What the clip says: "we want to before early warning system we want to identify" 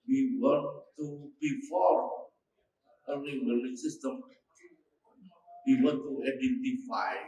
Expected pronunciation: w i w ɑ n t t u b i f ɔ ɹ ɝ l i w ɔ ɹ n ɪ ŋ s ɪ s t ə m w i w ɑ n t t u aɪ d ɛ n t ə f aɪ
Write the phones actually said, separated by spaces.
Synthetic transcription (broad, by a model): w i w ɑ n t t u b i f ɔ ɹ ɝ n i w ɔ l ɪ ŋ s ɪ s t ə m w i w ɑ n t t u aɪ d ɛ n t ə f aɪ